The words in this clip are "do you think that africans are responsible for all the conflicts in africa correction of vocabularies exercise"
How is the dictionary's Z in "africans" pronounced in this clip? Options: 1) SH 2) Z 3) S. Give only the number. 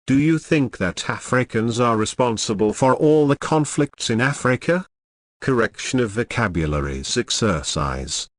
2